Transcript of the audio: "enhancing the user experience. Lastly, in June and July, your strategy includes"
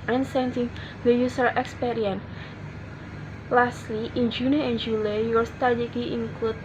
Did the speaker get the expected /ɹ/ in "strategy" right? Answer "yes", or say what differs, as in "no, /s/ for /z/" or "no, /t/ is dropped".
no, /ɹ/ is dropped